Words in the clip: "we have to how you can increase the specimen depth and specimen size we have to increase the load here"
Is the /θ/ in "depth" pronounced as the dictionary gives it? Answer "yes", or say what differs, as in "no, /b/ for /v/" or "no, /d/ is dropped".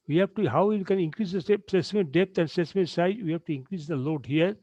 no, /t/ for /θ/